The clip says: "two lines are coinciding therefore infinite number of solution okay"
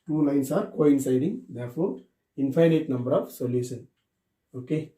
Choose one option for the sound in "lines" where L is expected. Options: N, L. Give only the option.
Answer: N